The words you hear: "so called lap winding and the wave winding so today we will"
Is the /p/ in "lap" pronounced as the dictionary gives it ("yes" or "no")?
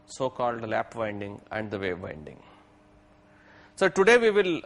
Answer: yes